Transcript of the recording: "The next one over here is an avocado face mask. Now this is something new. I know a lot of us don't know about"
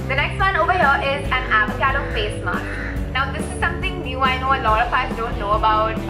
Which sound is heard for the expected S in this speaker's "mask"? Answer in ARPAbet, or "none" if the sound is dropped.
none